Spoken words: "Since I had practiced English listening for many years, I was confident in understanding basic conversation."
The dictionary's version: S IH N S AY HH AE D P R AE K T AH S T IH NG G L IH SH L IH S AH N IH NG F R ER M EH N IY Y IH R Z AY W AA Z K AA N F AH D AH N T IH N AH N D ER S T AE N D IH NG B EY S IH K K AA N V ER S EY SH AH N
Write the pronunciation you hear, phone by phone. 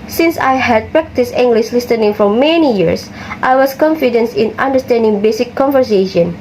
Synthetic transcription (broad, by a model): S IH N S AY HH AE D P R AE K T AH S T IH NG G L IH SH L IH S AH N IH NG F R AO M EH N IY Y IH R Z AY W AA S K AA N F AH D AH N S IH N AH N D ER S T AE N D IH NG B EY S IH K K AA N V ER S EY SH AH N